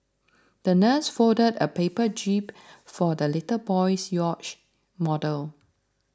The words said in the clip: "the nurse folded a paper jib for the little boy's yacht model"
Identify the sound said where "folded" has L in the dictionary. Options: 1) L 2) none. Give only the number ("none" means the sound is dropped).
2